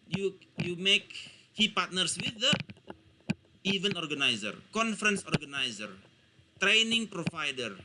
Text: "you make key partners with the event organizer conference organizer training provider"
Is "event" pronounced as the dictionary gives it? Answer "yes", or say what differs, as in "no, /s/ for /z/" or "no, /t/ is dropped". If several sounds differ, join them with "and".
no, /t/ is dropped